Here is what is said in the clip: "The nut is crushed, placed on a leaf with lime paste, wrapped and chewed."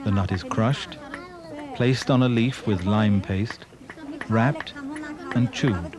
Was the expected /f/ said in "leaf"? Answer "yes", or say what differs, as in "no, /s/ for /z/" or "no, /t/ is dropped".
yes